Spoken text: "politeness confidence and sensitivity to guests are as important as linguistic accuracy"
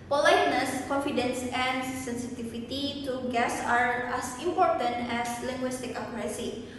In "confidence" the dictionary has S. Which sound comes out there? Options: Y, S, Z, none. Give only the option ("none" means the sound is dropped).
S